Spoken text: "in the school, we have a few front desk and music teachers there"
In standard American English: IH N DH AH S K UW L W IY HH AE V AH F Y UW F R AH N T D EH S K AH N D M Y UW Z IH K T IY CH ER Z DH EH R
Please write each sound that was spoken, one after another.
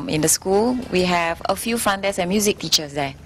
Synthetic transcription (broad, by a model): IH N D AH S K UW L W IY HH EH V AH F Y UW F R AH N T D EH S AH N M Y UW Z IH K T IY CH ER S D EH